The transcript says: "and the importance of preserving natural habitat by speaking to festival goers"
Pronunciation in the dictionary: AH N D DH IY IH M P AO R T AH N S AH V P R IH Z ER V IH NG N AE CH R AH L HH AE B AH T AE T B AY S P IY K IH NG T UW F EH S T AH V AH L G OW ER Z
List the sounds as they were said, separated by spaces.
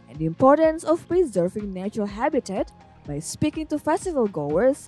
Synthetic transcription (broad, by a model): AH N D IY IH M P AO R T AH N S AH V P R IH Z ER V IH NG N AE CH R AH L HH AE B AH T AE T B AY S P IY K IH NG T UW F EH S T AH V AH L G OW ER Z